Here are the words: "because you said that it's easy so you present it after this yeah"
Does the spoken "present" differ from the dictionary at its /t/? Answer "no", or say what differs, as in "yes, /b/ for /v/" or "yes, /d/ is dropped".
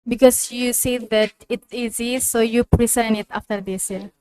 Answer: yes, /t/ is dropped